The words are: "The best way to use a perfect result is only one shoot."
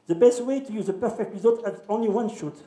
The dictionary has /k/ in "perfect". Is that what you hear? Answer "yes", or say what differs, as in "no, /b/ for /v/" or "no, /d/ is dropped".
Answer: yes